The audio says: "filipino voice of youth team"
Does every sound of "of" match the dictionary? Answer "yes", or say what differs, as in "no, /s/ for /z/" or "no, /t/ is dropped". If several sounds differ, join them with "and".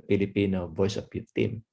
no, /p/ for /v/